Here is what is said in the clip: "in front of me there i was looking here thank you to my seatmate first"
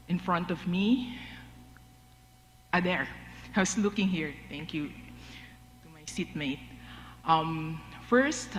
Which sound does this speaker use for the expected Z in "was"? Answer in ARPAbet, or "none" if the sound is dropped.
S